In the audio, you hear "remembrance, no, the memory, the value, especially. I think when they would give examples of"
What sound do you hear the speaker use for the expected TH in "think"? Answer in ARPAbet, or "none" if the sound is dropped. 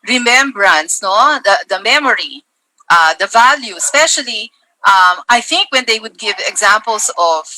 TH